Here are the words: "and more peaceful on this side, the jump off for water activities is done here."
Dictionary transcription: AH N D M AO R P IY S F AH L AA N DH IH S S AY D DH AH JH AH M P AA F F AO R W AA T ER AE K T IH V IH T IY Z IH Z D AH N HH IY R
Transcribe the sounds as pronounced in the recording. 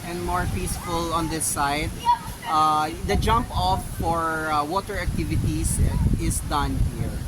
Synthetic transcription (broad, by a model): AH N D M AO R P IY S F AH L AA N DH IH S S AY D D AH JH AH M P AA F F AO R W AA T ER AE K T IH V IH T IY S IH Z D AH N HH IY R